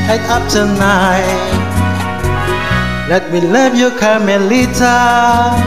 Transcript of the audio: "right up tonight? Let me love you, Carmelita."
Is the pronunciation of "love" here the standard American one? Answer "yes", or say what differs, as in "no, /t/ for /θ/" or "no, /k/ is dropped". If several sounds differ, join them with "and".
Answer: no, /p/ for /v/